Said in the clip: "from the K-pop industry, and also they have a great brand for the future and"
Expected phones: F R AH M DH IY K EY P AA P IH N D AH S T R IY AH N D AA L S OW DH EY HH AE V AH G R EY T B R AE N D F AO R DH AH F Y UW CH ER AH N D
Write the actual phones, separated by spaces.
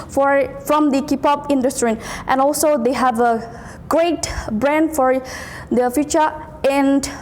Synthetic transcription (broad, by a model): F R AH M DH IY K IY P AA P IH N D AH S T R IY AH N AA L S OW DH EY HH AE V AH G R EY T B R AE N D F AO R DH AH F Y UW CH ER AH N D